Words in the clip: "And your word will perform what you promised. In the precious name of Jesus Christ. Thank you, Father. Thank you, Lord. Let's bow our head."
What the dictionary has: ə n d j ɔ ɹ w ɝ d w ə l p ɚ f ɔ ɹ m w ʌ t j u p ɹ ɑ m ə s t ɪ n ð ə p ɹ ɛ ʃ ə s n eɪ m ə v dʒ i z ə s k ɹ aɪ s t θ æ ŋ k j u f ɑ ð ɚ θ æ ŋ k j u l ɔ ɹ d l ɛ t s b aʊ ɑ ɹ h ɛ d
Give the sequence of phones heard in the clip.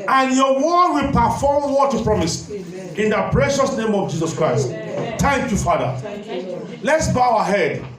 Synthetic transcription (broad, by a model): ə n j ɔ w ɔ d w ə l p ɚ f ɔ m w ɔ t j u p ɹ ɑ m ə s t ɪ n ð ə p ɹ ɛ ʃ ə s n eɪ m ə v dʒ i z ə s k ɹ aɪ s t t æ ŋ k j u f ɑ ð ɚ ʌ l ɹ l ɛ t s b aʊ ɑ h ɛ d